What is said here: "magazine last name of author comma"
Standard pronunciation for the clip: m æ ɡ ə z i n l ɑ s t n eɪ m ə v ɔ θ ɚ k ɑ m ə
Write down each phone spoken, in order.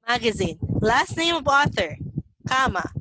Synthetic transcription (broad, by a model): m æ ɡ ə z i n l ɑ s t n eɪ m ə v ɔ θ ɚ k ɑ m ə